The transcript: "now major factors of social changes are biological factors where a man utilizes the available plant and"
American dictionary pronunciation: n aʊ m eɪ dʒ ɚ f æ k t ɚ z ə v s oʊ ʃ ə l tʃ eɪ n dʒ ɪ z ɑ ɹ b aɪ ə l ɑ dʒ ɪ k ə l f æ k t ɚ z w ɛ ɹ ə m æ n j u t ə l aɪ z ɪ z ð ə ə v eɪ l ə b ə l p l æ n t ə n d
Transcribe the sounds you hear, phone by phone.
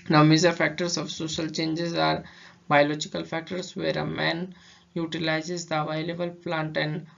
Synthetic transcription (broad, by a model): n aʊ m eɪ z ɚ f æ k t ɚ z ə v s oʊ ʃ ə l tʃ eɪ n dʒ ɪ z ɑ ɹ b aɪ ə l ɑ dʒ ɪ k ə l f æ k t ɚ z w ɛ ɹ ə m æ n j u t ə l aɪ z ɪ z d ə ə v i l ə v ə l p l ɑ n t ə n d